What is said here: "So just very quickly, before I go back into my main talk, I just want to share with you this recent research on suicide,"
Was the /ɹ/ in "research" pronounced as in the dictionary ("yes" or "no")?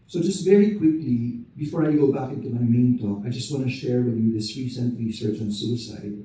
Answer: no